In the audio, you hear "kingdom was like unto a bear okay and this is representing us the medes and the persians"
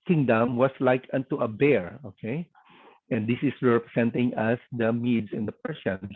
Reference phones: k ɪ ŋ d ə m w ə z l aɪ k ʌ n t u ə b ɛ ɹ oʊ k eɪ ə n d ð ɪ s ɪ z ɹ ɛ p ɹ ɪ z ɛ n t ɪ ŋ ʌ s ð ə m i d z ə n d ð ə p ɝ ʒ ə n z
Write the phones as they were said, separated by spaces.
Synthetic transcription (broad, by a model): k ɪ ŋ d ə m w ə s l aɪ k ʌ n t u ə b ɛ ɹ oʊ k eɪ ə n d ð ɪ s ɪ s ɹ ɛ p ɹ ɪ s ɛ n t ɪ ŋ ʌ s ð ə m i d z ə n d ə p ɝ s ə n